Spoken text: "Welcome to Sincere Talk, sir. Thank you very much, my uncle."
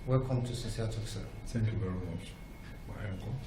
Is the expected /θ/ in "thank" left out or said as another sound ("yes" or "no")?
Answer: yes